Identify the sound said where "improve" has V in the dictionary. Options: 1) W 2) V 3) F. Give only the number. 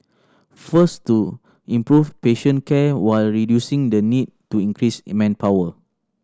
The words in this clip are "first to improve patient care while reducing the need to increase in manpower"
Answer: 3